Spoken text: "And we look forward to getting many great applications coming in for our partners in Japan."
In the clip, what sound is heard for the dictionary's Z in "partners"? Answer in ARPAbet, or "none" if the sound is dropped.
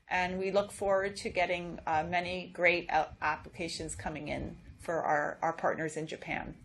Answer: Z